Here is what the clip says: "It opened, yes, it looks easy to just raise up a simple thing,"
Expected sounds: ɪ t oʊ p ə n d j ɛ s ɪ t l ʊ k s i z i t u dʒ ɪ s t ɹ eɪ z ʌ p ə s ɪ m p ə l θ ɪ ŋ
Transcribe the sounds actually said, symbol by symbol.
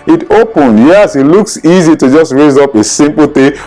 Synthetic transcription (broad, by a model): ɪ t oʊ p ə n d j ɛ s ɪ t l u k s i z i t u dʒ ɪ s t ɹ eɪ z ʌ p ə s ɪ m p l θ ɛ